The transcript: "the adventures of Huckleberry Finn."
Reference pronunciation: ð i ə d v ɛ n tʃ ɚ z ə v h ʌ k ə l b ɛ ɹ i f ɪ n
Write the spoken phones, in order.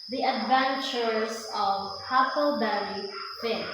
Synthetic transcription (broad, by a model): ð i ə d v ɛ n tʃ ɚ s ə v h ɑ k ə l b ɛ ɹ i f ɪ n